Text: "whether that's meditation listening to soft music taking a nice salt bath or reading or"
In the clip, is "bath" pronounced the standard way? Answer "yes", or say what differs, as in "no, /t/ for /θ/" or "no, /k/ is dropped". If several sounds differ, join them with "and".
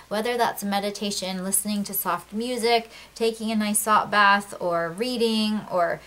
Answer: yes